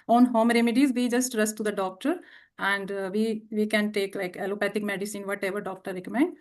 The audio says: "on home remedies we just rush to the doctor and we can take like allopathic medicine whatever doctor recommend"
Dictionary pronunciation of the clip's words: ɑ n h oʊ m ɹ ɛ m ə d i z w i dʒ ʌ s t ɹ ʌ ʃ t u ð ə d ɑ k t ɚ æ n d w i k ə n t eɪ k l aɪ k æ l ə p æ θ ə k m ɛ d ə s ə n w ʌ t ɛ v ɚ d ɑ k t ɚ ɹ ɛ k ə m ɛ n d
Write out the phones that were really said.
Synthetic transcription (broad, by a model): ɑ n h oʊ m ɹ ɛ m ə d i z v i dʒ ʌ s t ɹ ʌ s t u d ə d ɑ k t ɚ æ n d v i k ə n t eɪ k l aɪ k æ l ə p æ t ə k m ɛ d ə s ə n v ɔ t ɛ v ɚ d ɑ k t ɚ ɹ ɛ k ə m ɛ n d